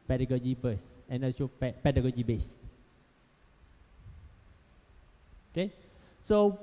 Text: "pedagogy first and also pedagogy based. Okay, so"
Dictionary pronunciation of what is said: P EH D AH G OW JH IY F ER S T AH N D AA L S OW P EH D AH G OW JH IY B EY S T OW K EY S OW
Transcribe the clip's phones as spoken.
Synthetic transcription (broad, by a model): P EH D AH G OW JH IY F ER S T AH N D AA S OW P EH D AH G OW JH IY B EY S OW K EY S OW